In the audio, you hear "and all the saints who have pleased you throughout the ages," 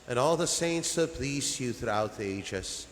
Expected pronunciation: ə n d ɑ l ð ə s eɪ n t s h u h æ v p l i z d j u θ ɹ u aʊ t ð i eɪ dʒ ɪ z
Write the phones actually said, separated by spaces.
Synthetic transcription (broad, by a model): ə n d ɑ l ð ə s eɪ n t s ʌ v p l i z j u θ ɹ u aʊ t ð i eɪ dʒ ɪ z